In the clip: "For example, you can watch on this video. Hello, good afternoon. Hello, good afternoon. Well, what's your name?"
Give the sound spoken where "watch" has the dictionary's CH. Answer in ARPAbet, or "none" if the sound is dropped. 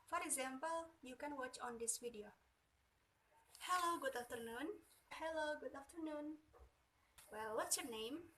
CH